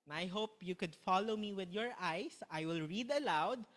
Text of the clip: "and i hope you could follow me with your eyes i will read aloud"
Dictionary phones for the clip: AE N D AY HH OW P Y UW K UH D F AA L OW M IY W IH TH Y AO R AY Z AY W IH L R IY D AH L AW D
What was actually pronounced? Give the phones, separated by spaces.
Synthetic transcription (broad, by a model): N AY HH OW P Y UW K UH D F AA L OW M IY W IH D Y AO R AY S AY W IH L R IY D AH L AW D